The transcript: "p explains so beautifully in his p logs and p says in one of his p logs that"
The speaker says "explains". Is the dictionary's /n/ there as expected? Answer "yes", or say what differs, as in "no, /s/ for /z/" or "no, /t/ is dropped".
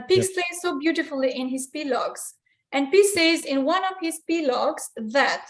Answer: no, /n/ is dropped